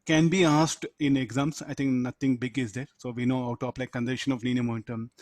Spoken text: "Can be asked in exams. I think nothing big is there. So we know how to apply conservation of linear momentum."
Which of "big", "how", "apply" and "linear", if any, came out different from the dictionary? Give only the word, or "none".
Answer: linear